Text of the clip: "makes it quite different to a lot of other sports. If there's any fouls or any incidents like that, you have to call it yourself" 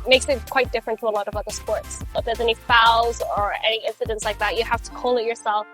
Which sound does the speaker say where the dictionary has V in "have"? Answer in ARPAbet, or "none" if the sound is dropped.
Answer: F